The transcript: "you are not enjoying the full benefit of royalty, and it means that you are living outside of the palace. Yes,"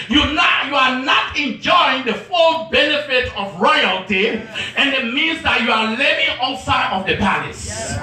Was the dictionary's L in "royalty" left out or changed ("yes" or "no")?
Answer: no